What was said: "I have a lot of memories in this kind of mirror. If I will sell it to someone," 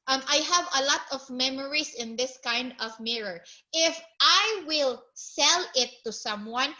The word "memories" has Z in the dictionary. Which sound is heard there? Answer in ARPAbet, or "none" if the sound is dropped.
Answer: S